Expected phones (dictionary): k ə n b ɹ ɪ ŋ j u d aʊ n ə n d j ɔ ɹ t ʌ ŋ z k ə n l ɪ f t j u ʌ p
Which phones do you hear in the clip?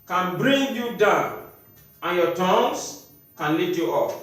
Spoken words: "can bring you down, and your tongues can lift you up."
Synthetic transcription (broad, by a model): k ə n b ɹ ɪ ŋ j u d aʊ n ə n j ɔ t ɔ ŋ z k ə n l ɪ t j u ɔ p